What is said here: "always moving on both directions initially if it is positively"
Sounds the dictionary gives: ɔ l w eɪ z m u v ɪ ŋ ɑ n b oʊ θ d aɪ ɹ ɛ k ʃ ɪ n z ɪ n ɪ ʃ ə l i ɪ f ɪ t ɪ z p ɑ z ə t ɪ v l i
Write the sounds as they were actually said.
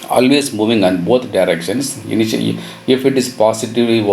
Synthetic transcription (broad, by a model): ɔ l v eɪ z m u v ɪ ŋ ɑ n b oʊ t d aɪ ɹ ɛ k ʃ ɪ n s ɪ n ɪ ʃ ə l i ɪ f ɪ t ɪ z p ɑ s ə t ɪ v l i